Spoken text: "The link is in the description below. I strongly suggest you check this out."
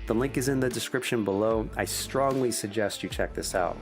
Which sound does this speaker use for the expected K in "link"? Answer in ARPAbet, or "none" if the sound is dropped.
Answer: K